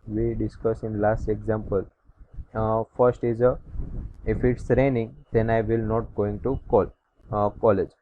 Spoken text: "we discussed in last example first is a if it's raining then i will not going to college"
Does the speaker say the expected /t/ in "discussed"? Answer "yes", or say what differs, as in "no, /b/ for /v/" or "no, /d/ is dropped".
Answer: no, /t/ is dropped